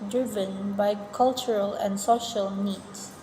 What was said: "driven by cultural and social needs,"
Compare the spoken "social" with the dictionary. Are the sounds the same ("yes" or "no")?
yes